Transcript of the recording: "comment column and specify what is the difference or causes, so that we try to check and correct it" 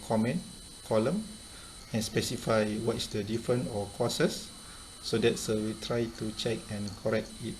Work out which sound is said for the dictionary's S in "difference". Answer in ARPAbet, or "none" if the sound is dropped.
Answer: none